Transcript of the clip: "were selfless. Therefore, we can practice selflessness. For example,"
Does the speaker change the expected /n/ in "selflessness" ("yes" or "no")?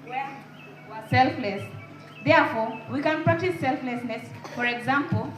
no